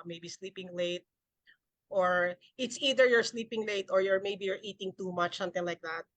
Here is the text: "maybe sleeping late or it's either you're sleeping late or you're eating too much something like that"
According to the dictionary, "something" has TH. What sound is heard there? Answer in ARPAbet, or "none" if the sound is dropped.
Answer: T